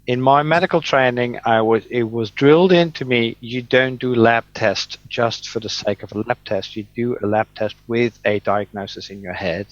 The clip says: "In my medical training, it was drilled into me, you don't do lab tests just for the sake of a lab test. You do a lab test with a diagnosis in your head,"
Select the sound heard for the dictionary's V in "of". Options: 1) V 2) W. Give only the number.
1